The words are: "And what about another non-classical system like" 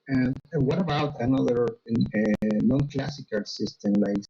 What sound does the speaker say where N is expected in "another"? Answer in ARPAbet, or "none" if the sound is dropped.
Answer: N